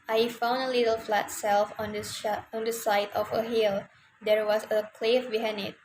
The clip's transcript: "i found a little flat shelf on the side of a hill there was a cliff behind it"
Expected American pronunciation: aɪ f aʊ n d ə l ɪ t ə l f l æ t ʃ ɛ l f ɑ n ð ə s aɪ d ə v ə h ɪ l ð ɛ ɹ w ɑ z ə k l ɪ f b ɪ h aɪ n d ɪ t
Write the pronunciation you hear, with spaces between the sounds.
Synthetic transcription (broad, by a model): aɪ f aʊ n d ə l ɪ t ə l f l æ t s ɛ l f ɑ n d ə s aɪ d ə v ə h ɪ l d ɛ ɹ w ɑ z ə k l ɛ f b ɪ h aɪ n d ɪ t